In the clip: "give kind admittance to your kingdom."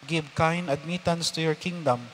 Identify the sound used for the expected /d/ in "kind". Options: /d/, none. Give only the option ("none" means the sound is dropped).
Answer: none